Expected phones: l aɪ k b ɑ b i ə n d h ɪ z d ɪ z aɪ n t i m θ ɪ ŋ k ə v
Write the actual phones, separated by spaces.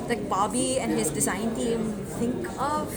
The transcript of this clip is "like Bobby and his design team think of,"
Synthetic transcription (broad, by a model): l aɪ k b ɑ b i ə n d h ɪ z d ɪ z aɪ n t i m t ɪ ŋ k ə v